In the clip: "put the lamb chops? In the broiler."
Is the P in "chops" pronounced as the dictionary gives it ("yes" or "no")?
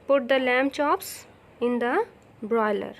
yes